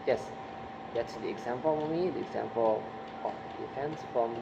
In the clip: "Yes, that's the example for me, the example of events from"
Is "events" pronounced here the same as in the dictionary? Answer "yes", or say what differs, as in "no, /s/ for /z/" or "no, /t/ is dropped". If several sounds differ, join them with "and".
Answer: no, /p/ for /v/